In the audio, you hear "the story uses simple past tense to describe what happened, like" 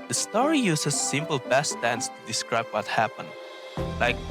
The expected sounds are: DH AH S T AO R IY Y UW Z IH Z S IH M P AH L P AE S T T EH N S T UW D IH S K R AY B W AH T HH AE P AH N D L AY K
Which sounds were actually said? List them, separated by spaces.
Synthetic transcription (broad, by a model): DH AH S T AO R IY Y UW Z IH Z S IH M P L B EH S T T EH N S T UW D IH S K R AY B W AH T HH AE P AH N D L AY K